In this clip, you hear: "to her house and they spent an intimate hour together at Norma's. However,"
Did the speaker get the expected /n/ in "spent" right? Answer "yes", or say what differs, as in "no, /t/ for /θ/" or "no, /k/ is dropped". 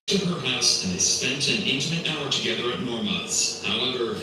yes